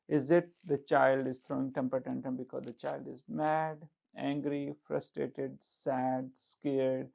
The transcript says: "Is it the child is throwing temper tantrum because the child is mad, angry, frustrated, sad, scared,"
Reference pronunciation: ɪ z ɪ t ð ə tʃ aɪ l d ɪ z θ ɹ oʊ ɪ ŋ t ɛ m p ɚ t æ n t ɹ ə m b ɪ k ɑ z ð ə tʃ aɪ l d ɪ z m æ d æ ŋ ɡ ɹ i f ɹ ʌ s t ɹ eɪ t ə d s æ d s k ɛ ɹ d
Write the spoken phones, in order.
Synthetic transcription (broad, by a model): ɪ z ɪ t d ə tʃ aɪ l d ɪ z t ɹ oʊ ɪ ŋ t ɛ m p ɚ t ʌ n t ə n b ɪ k ɑ z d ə tʃ aɪ l d ɪ z m æ d æ ŋ ɡ ɹ i f ɹ ʌ s t ɹ eɪ t ə d s æ d s k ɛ ɹ d